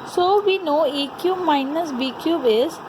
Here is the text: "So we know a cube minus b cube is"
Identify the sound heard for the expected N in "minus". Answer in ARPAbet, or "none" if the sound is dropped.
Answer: N